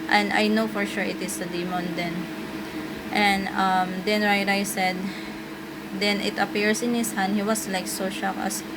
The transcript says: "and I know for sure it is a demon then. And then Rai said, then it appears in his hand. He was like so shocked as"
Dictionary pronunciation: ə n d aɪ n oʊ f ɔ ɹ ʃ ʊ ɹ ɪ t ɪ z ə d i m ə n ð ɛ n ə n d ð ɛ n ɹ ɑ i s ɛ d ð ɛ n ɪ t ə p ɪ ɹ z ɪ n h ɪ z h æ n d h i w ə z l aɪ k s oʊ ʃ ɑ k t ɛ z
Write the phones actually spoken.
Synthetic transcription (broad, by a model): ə n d aɪ n oʊ f ɔ ɹ ʃ ʊ ɹ ɪ t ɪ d ə d i m ə n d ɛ n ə n d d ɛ n ɹ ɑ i s ɛ d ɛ n ɪ t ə p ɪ ɹ s ɪ n h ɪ s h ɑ n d h i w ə s l aɪ k s oʊ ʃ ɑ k ʌ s